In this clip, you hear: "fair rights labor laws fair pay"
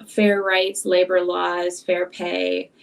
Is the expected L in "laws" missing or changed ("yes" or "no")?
no